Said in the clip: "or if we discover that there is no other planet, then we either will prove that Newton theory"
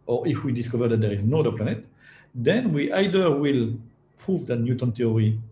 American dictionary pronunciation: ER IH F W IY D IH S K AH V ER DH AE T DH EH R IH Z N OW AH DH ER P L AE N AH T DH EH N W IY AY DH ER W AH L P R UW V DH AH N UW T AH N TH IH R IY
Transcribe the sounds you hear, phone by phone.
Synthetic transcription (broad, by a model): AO IH F W IY D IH S K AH V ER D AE T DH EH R IH Z N OW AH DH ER P L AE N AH T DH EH N W IY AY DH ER W AH L P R UW V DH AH N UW T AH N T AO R IY